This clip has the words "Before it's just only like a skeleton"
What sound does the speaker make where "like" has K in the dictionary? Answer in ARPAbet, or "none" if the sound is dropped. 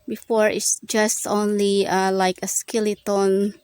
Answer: K